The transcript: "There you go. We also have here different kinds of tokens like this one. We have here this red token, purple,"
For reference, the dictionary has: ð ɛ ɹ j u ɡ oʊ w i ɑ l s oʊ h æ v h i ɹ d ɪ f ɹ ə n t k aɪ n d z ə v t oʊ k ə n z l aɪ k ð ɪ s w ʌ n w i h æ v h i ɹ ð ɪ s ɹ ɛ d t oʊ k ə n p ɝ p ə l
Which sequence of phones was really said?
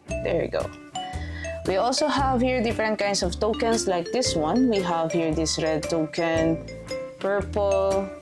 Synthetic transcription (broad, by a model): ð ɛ ɹ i ɡ oʊ w i ɑ l s oʊ h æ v h i ɹ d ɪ f ɹ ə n t k aɪ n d s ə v t oʊ k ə n s l aɪ k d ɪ s w ʌ n w i h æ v h i ɹ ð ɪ s ɹ ɛ d t oʊ k ə n p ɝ p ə l